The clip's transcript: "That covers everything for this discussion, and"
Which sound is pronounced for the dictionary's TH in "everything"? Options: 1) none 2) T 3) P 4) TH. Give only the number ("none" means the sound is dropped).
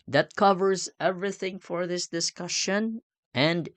4